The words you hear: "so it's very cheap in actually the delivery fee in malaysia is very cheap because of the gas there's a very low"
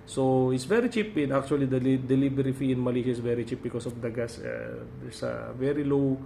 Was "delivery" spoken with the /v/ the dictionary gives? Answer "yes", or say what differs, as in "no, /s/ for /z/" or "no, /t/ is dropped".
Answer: no, /b/ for /v/